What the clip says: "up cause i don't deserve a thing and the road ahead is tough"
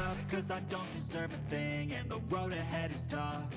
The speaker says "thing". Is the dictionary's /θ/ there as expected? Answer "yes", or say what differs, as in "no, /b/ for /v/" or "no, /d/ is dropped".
yes